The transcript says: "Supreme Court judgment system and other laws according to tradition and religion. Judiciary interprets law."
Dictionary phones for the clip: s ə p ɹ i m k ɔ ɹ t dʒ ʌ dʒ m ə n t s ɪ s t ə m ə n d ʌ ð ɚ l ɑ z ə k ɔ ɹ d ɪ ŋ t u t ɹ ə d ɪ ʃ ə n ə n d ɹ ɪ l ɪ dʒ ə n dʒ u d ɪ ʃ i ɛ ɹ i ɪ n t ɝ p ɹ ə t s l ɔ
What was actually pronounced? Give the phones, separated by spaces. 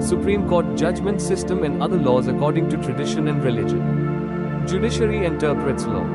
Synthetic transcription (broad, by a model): s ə p ɹ i m k ɔ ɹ t dʒ ʌ dʒ m ə n t s ɪ s t ə m ə n d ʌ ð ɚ l ɑ z ə k ɔ ɹ d ɪ ŋ t u t ɹ ə d ɪ ʃ ə n ə n d ɹ ɪ l ɪ dʒ ə n dʒ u d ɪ ʃ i ɹ i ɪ n t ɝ p ɹ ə t s l ɔ